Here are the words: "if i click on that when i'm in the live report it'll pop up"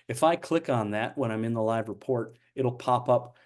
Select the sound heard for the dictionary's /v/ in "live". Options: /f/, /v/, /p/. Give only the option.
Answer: /v/